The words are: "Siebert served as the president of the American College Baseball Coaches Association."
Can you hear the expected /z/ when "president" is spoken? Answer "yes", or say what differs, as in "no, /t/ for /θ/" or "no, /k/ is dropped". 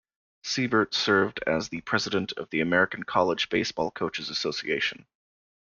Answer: yes